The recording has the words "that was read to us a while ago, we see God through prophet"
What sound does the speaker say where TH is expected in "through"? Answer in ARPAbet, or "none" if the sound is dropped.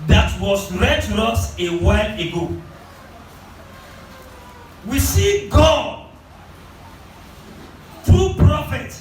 T